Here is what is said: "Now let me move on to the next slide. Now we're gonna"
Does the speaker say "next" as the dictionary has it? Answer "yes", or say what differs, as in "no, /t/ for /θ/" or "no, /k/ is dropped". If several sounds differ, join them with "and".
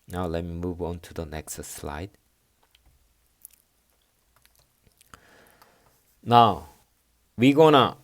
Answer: yes